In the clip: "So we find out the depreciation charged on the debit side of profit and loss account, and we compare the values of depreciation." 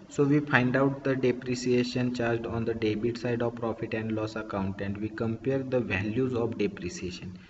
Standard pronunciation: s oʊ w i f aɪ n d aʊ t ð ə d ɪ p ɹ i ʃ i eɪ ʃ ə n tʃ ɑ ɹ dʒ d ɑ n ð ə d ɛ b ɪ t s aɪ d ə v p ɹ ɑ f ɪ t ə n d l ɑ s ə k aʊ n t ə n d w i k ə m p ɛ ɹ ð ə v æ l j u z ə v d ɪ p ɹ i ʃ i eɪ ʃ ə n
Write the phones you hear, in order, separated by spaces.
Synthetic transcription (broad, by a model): s oʊ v i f aɪ n d aʊ t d ə d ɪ p ɹ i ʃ i eɪ ʃ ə n tʃ ɑ ɹ dʒ d ɑ n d ə d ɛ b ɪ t s aɪ d ə v p ɹ ɑ f ɪ t ə n d l ɑ s ə k aʊ n t ə n d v i k ə m p ɛ ɹ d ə v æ l j u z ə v d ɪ p ɹ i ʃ i eɪ ʃ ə n